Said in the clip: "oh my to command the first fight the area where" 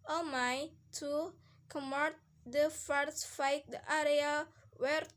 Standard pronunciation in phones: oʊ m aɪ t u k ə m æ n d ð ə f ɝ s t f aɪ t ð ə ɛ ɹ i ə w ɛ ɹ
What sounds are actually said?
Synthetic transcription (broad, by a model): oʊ m aɪ t u k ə m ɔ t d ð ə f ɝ t f aɪ t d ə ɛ ɹ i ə w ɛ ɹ